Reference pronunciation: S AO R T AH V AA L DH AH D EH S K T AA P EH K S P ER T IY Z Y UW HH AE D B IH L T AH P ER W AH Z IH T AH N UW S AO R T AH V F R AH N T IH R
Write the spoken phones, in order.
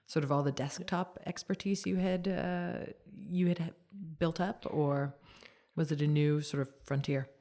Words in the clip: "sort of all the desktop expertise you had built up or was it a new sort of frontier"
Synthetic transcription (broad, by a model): S AO R T AH V AA L DH AH D EH S K T AA P EH K S P ER T IY Z Y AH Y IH D B IH L T AH P ER W AH Z IH T AH N UW S AO R T AH V F R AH N T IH R